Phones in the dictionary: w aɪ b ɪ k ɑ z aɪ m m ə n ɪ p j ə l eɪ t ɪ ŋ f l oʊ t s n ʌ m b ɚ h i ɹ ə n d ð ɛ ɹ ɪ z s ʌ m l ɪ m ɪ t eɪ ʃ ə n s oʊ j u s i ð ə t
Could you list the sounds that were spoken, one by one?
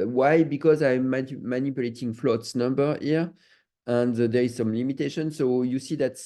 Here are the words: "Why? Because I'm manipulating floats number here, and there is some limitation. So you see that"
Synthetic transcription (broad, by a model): w aɪ b ɪ k ɑ z aɪ m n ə n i p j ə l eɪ t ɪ ŋ f l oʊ t s n ʌ m b ɚ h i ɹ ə n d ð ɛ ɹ ɪ z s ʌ m l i m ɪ t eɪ ʃ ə n s oʊ j u s i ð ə t